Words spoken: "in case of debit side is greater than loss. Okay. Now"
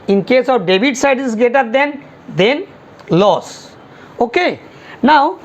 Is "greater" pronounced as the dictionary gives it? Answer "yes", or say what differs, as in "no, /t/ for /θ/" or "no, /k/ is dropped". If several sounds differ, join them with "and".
no, /ɹ/ is dropped